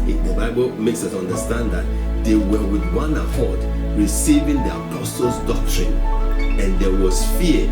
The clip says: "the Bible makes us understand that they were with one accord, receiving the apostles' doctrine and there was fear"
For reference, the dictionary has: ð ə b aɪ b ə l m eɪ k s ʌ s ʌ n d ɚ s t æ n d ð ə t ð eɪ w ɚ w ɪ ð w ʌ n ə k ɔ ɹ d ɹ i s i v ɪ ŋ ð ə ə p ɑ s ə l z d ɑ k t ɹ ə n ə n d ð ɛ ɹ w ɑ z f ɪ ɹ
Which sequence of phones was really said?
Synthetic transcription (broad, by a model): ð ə b aɪ b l m eɪ k s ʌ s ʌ n d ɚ s t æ n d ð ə t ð eɪ w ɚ w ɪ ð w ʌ n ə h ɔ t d ɹ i s i v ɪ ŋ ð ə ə p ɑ s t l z d ɑ k t ɹ ə n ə n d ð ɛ w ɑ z f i